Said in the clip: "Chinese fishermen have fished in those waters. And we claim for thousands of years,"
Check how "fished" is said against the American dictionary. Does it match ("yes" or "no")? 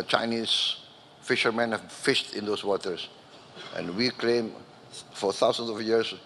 yes